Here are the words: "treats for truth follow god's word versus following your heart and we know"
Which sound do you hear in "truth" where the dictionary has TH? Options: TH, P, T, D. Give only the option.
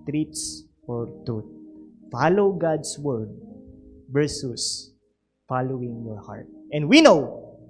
T